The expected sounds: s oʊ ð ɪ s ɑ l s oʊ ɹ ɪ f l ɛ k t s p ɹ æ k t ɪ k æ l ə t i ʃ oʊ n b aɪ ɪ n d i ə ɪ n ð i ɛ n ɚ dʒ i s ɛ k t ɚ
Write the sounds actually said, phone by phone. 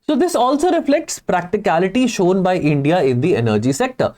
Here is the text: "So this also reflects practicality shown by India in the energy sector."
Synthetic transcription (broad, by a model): s oʊ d ɪ s ɑ l s oʊ ɹ ɪ f l ɛ k t s p ɹ æ k t ɪ k æ l ə t i ʃ oʊ n b aɪ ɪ n d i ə ɪ n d i ɛ n ɚ dʒ i s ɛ k t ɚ